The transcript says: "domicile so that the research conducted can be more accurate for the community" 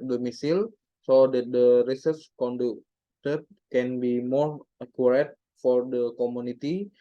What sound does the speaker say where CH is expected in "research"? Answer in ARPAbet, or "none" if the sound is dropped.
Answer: S